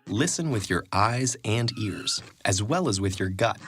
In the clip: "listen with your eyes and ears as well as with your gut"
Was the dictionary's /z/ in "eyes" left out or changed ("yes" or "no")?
no